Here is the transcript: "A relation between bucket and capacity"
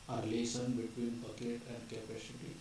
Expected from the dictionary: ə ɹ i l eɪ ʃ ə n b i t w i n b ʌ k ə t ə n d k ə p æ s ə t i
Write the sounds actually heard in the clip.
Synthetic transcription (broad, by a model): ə ɹ l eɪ s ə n b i t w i n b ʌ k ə t ə n d k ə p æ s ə t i